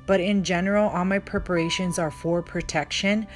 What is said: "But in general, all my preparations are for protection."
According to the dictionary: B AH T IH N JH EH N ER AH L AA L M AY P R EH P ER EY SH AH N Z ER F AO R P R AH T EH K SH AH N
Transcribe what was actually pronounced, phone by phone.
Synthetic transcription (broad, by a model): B AH T IH N JH EH N ER L AA L M AY P R EH P ER EY SH AH N Z ER F AO R P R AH T EH K SH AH N